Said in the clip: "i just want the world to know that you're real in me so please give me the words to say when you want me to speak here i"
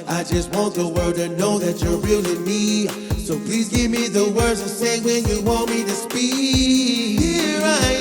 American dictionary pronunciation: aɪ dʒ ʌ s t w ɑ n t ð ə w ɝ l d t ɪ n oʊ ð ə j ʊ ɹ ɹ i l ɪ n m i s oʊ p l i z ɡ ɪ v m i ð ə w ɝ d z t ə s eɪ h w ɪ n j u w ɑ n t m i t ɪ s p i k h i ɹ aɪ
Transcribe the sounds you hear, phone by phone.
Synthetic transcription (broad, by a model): aɪ dʒ ʌ s t w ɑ n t ð ə w ɝ d t ɪ n oʊ ð ə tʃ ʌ ɹ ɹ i l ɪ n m i s oʊ p l i z ɡ ɪ v m i ð ə w ɝ d z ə s eɪ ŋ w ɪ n j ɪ w ɑ n t m i t ɪ s p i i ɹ aɪ